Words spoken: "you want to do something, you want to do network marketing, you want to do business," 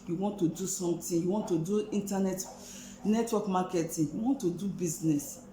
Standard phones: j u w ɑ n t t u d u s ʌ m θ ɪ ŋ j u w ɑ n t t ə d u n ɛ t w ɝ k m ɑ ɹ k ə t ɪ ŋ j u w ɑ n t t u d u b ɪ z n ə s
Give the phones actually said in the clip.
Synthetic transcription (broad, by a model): j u w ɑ n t t u d u s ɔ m t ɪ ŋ j u w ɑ n t t ə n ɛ n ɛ t w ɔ k m ɑ k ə t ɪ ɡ j u w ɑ n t t u d u b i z n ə s